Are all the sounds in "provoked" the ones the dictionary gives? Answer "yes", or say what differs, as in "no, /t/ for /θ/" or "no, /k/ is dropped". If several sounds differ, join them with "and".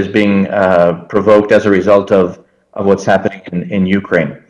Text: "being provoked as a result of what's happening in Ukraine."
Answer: yes